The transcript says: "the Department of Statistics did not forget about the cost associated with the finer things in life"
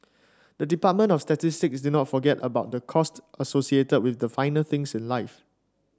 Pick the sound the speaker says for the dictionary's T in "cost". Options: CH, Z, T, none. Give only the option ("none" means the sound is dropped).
T